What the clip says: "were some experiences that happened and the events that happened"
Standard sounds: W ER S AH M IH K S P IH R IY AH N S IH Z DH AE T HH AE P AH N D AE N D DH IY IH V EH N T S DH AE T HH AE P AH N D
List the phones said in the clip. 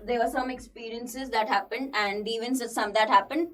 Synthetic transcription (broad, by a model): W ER S AH M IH K S P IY R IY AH N S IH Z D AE T HH AE P AH N D AE N D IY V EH N S S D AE T HH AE P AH N D